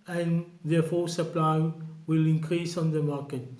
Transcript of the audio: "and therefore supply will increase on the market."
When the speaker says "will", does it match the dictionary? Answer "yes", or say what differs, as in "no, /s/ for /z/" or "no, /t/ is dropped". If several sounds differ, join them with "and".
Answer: yes